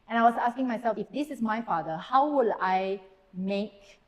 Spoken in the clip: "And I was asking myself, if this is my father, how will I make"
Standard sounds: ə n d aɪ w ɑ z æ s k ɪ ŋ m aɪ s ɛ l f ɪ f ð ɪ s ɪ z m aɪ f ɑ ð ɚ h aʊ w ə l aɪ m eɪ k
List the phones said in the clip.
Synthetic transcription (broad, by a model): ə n aɪ w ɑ s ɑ s k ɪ ŋ m aɪ s ɛ l f ɪ f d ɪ s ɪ s m aɪ f ɑ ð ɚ h aʊ w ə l aɪ m eɪ k